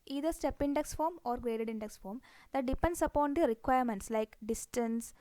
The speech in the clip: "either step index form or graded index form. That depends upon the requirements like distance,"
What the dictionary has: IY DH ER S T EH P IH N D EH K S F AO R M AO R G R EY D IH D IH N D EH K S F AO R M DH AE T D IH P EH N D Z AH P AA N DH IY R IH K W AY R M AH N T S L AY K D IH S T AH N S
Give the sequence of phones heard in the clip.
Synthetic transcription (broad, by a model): IY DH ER S T EH P IH N D EH K S F AO R M AO R G R EY D IH D IH N D EH K S F AO R M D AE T D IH P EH N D S AH P AA N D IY R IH K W AY R M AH N T S L AY K D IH S T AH N S